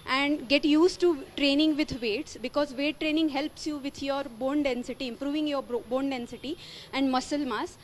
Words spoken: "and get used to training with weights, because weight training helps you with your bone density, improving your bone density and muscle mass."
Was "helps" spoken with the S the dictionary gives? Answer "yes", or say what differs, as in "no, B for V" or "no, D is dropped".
yes